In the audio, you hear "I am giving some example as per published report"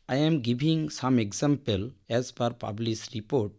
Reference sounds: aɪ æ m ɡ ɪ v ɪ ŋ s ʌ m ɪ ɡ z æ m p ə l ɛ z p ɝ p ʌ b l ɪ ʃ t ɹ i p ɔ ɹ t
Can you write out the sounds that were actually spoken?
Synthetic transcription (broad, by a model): aɪ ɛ m ɡ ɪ b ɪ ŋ s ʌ m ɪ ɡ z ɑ m p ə l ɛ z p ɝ p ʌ b l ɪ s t ɹ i p ɔ ɹ t